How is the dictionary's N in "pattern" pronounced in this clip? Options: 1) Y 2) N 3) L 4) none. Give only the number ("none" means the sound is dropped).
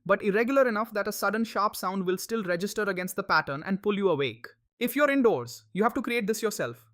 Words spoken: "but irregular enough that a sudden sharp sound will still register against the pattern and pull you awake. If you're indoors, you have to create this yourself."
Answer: 2